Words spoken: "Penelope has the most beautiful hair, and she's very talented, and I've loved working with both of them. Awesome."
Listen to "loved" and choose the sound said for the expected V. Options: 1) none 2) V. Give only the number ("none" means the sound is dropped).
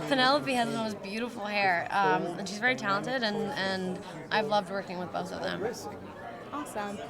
2